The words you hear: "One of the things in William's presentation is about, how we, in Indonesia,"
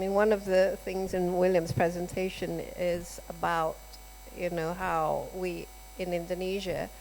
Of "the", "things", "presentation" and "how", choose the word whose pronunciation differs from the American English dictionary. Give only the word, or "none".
none